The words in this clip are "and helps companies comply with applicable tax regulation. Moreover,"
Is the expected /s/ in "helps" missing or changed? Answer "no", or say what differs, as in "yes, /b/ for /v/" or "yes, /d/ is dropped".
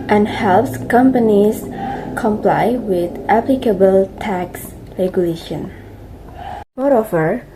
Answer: no